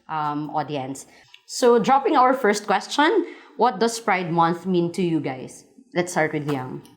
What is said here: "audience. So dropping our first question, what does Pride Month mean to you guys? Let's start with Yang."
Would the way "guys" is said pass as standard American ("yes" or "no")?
no